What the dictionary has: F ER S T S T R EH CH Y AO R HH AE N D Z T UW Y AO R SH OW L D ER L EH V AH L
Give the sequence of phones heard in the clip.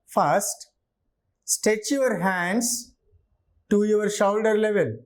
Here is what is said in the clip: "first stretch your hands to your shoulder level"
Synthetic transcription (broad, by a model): F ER S T S T EH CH Y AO R HH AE N D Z T UW Y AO R SH OW L D ER L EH V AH L